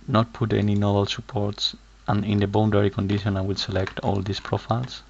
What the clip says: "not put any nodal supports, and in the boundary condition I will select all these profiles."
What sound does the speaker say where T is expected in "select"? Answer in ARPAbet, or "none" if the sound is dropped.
T